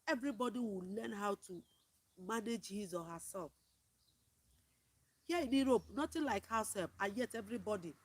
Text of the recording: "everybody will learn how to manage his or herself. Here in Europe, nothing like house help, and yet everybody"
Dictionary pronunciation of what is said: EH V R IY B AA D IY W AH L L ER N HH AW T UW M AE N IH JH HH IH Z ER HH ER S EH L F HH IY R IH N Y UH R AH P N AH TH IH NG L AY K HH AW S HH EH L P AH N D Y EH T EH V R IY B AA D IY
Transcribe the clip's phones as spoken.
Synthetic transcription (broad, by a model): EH V R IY B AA D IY W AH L L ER N HH AW T UW M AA N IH JH HH IH Z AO HH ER S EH L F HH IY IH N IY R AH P N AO T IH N L AY K HH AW S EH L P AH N Y EH T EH V R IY B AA D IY